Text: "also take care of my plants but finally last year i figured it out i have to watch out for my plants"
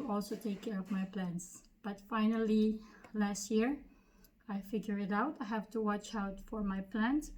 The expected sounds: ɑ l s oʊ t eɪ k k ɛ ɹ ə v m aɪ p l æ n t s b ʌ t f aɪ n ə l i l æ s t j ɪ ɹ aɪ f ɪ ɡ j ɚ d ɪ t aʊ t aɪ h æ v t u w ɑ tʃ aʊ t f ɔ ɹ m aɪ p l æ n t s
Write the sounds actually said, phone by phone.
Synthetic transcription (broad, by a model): ɑ l s oʊ t eɪ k k ɛ ɹ ə v m aɪ p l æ n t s b ʌ t f aɪ n ə l i l æ s t j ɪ ɹ aɪ f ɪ ɡ j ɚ ɪ t aʊ t aɪ h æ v t u w ɑ tʃ aʊ t f ɔ ɹ m aɪ p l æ n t